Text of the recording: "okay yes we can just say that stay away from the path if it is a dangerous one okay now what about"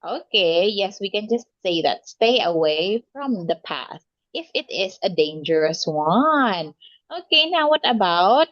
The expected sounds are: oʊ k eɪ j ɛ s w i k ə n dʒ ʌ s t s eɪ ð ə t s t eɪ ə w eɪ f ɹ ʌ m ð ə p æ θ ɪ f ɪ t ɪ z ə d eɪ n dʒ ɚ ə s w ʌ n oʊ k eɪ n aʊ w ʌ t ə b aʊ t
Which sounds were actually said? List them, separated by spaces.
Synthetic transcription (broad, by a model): oʊ k eɪ j ɛ s w i k ə n dʒ ʌ s t s eɪ ð ə t s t eɪ ə w eɪ f ɹ ʌ m ð ə p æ t ɪ f ɪ t ɪ z ə d eɪ n dʒ ɚ ə s w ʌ n oʊ k eɪ n aʊ w ʌ t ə b aʊ t